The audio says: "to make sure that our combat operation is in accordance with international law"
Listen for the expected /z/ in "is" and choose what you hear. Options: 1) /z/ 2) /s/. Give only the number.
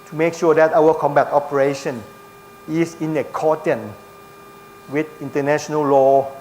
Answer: 2